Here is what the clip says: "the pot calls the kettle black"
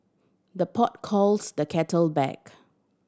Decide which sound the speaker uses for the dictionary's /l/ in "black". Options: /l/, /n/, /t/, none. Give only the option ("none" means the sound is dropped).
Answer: none